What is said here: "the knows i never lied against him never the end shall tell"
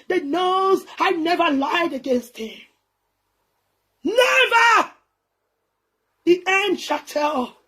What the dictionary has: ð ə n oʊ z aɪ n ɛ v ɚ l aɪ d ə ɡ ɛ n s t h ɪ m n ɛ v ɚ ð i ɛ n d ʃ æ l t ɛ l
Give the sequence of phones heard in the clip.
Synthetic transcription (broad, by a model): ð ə n oʊ z aɪ n ɛ v ɚ l aɪ d ə ɡ ɛ n s t h ɪ m n ɛ v ɚ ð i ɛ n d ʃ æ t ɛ l